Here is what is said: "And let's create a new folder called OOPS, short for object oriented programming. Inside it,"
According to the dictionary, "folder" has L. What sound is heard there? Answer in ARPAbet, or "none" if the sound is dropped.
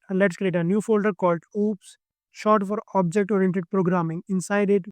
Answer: L